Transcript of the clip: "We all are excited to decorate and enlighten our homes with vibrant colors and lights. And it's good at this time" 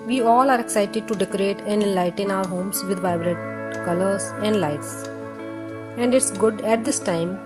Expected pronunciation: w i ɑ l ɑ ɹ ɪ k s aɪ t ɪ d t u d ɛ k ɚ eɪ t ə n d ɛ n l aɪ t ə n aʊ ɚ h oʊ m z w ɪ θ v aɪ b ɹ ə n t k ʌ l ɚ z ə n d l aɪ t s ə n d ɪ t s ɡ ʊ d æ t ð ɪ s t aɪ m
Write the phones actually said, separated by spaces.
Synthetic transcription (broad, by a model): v i ɑ l ɑ ɹ ɪ k s aɪ t ɪ d t u d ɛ k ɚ eɪ t ə n d ɛ n l aɪ t ə n aʊ ɚ h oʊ m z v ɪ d v aɪ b ɹ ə t k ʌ l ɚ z ə n d l aɪ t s ə n d ɪ t s ɡ ʊ d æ t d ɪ s t aɪ m